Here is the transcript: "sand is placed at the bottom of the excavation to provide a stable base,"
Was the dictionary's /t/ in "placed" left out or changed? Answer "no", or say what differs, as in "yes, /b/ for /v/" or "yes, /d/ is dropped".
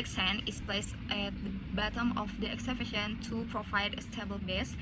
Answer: no